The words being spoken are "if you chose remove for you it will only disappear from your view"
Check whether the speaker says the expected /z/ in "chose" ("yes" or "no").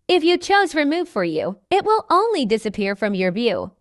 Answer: yes